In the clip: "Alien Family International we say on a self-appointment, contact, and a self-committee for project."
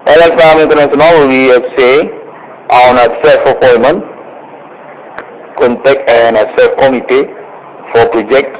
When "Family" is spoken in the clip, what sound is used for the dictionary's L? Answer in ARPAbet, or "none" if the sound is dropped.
none